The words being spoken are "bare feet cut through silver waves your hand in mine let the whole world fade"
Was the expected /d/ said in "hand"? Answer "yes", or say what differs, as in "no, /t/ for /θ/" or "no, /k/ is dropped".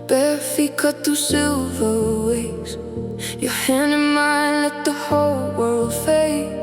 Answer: no, /d/ is dropped